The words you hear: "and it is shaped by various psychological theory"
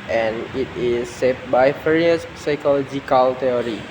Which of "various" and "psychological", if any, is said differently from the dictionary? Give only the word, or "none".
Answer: various